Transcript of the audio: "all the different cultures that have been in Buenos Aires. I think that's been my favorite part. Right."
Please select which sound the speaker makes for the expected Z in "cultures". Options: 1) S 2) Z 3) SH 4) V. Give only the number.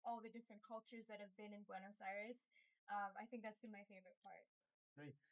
2